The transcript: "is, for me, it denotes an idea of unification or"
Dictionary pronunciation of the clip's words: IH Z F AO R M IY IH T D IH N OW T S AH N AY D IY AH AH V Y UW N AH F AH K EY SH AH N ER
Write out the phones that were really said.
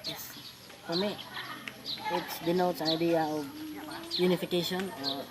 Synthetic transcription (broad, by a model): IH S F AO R M IY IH T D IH N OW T AH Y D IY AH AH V Y UW N AH F AH K EY SH AH N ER